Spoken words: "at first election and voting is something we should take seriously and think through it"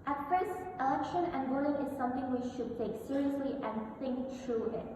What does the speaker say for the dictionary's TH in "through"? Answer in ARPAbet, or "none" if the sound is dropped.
T